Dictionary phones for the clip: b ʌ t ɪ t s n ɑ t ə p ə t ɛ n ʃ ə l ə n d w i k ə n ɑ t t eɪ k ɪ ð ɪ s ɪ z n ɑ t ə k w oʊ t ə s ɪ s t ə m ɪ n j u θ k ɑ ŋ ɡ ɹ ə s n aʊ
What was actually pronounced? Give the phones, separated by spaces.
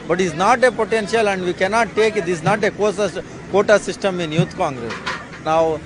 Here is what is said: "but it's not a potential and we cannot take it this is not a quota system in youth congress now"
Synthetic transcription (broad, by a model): b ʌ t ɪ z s n ɑ t ə p ə t ɛ n ʃ ə l ə n d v i k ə n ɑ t t eɪ k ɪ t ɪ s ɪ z n ɑ t ə k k oʊ t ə s ɪ s t ə m ɪ n j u t k ɑ ŋ ɡ ɹ ə s n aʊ